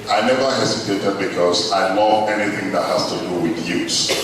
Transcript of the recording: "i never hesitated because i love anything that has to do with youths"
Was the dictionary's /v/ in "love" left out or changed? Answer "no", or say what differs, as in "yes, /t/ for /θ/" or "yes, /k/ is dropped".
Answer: yes, /v/ is dropped